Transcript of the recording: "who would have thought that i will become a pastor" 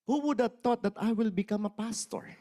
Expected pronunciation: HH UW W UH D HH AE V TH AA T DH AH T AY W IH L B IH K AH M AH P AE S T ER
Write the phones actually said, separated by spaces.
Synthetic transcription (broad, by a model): HH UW W UH D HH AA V T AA T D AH T AY W IH L B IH K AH M AH P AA S T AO